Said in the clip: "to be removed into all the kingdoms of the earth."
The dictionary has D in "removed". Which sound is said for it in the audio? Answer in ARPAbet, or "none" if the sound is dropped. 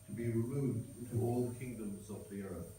D